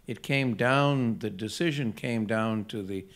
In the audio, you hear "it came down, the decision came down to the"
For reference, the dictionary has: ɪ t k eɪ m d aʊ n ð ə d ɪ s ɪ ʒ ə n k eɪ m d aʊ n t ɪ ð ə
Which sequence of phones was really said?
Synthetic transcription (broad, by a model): ɪ t k eɪ m d aʊ n ð ə d ɪ s ɪ ʒ ə n k eɪ m d aʊ n t ɪ ð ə